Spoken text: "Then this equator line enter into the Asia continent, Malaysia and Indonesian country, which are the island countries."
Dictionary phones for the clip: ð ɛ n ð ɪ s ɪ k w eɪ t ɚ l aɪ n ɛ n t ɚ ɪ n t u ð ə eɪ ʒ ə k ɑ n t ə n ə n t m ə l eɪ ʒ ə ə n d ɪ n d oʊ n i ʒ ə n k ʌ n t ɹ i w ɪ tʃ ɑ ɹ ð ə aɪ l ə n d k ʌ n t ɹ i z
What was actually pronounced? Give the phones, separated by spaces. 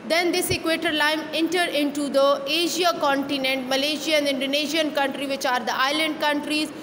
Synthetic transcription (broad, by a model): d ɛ n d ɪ s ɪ k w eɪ t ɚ l aɪ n ɛ n t ɚ ɪ n t u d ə eɪ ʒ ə k ɑ n t ə n ə n t m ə l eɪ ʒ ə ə n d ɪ n d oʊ n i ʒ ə n k ʌ n t ɹ i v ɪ tʃ ɑ ɹ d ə aɪ l ə n d k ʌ n t ɹ i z